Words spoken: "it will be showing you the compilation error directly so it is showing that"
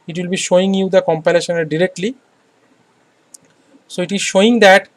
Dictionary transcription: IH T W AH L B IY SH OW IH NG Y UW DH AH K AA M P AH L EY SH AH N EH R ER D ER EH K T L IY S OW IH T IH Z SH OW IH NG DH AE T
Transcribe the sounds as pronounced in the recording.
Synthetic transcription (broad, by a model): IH T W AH L B IY SH OW IH NG Y UW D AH K AA M P AH L EY SH AH N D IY D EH K T L IY S OW IH T IH Z SH OW IH NG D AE T